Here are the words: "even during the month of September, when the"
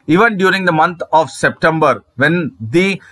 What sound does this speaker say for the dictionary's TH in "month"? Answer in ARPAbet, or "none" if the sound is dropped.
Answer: T